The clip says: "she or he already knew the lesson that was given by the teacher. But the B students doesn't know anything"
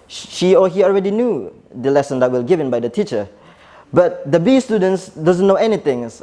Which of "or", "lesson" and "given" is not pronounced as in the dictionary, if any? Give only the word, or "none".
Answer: or